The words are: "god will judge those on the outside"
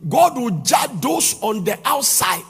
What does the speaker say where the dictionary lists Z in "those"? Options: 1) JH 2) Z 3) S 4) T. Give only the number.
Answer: 3